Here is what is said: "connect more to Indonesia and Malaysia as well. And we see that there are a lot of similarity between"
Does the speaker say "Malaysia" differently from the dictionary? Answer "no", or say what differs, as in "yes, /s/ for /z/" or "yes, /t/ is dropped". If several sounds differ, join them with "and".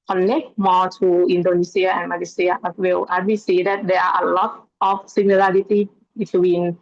yes, /s/ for /ʒ/